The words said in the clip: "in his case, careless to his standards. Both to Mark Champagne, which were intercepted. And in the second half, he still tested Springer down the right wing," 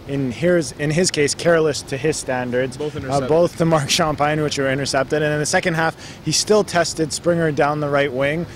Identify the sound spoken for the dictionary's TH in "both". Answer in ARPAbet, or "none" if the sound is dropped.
TH